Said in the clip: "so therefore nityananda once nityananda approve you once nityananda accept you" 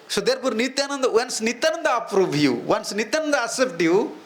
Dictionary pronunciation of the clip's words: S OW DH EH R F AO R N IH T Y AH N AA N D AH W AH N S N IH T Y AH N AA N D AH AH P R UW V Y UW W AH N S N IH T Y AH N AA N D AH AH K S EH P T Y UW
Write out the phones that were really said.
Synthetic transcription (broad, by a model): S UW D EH R P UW R N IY T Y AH N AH N D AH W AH N S N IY T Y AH N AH N D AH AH P R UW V Y UW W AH N S N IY T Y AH N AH N D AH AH S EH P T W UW